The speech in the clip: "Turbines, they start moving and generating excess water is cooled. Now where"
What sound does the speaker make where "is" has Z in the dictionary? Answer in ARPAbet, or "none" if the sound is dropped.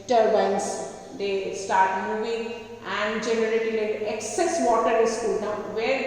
S